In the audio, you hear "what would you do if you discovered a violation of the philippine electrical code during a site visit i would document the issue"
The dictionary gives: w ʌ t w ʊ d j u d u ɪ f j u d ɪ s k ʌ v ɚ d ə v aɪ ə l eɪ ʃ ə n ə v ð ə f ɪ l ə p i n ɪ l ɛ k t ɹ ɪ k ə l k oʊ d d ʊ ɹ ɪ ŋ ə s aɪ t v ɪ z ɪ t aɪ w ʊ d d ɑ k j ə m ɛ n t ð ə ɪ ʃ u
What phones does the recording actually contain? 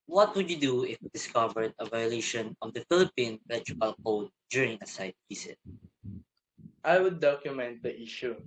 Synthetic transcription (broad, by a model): w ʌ t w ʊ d j u d u ɪ f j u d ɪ s k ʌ v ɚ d ə v aɪ ə l eɪ ʃ ə n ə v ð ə f ɪ l ə p i n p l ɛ t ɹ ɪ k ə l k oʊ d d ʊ ɹ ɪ ŋ ə s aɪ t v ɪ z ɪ t aɪ w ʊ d d ɑ k j ə m ɛ n t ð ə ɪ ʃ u